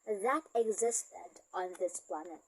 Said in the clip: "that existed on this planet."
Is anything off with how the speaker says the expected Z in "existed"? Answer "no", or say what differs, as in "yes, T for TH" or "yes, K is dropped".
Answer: no